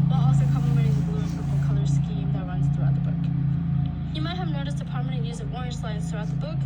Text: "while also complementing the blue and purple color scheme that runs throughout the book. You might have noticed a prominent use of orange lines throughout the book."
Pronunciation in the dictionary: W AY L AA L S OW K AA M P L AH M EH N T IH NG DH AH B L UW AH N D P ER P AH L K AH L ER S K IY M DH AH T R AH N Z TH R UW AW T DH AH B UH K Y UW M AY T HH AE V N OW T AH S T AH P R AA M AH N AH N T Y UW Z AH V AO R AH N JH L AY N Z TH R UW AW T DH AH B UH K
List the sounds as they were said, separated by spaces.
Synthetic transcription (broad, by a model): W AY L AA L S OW K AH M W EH T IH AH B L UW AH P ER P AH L K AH L ER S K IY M DH AH T R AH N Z TH R UW AW T DH AH B UH K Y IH M AY T HH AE V N OW T AH S T AH P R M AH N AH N Y UW Z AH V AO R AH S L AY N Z TH R UW AW T DH AH B UH K